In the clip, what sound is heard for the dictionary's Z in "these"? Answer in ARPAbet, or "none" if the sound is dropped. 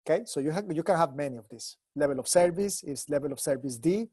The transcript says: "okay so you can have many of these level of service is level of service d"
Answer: S